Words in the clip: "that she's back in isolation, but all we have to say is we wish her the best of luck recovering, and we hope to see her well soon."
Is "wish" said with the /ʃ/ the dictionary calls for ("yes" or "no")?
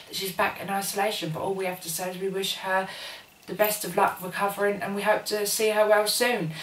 yes